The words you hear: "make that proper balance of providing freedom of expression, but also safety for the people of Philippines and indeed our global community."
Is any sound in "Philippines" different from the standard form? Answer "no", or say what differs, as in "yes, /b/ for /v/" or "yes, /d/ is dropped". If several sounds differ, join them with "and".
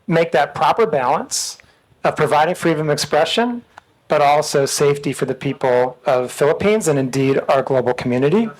no